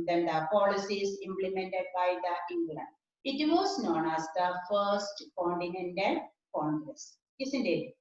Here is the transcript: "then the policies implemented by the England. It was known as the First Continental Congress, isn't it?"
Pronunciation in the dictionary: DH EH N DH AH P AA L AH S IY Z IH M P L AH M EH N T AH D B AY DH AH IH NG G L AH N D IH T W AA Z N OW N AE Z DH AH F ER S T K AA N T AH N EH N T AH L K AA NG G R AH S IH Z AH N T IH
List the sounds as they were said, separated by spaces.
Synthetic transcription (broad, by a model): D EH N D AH P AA L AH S IY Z IH M P L AH M EH N T AH D B AY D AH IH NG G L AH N IH T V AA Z N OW N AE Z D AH F ER S T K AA N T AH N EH N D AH N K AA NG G R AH S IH S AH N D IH